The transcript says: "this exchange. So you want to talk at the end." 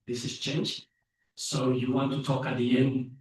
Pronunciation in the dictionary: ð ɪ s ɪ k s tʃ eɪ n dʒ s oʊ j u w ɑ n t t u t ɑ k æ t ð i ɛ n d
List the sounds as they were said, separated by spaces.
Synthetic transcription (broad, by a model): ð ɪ s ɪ s tʃ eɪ n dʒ s oʊ j u w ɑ n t t u t ɑ k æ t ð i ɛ n d